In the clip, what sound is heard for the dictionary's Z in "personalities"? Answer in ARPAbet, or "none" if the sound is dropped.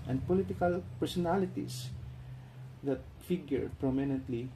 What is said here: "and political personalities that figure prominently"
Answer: S